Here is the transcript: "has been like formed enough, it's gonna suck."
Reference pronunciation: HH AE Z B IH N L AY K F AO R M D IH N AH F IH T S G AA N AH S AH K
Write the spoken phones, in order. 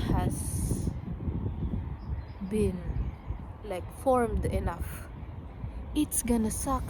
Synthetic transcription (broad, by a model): HH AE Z B IH N L AY K F AO R M D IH N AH F IH T S G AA N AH S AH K